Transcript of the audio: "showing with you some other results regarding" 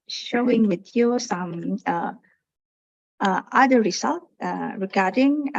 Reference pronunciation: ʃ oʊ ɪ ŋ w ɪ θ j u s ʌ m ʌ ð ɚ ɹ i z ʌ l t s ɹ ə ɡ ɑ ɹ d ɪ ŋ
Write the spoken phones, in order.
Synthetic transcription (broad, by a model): ʃ oʊ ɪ ŋ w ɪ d j u s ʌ m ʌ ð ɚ ɹ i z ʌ l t ɹ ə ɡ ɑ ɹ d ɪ ŋ